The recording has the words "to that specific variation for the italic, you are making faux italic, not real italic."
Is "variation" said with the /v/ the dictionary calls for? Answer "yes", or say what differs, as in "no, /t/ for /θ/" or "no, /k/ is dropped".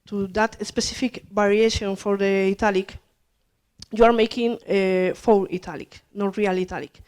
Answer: no, /b/ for /v/